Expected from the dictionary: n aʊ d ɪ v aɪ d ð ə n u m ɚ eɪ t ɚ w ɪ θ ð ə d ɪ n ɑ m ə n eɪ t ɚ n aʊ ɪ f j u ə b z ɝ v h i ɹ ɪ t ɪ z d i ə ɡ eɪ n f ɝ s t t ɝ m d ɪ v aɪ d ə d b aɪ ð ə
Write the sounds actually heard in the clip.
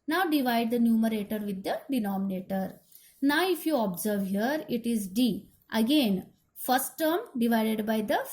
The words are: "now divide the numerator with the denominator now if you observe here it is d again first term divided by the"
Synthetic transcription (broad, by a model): n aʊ d ɪ v aɪ d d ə n u m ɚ eɪ t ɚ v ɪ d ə d ɪ n ɑ m ə n eɪ t ɚ n aʊ ɪ f j u ə b z ɝ v h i ɹ ɪ t ɪ z d i ə ɡ eɪ n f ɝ s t t ɝ m d ɪ v aɪ d ə d b aɪ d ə